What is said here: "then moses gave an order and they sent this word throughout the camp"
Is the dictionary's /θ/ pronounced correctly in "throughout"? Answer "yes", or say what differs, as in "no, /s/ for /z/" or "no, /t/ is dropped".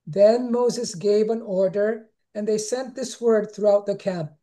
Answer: yes